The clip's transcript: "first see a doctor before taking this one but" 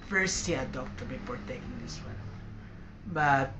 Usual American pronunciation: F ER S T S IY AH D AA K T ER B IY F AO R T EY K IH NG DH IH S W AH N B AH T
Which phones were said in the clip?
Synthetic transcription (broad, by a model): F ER S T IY AH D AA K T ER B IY P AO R T EY K IH NG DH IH S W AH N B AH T